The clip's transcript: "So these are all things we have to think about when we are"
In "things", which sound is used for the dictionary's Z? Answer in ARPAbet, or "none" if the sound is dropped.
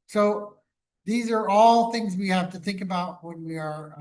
Z